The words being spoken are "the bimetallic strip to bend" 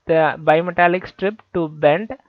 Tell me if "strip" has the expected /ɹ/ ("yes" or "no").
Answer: yes